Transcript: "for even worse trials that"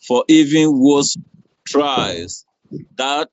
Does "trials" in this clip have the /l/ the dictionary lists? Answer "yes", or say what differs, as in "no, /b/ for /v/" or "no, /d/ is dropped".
no, /l/ is dropped